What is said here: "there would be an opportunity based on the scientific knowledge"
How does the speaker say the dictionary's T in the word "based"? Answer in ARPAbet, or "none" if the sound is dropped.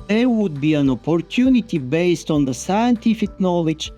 T